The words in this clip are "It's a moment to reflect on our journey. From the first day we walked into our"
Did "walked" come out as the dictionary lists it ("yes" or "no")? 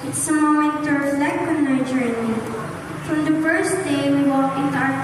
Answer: no